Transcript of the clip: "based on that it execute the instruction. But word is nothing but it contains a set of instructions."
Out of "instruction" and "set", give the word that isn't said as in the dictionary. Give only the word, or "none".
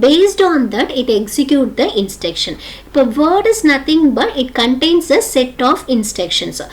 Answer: instruction